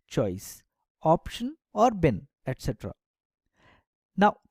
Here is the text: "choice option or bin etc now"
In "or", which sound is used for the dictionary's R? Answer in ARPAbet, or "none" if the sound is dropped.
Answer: R